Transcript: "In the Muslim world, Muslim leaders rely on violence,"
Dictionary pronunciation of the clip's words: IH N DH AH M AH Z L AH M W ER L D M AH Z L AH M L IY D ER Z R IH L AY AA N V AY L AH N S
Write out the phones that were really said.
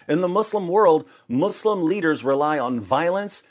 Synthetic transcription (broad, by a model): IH N DH AH M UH S L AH M W ER L D M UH S L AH M L IY D ER Z R IH L AY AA N V AY L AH N S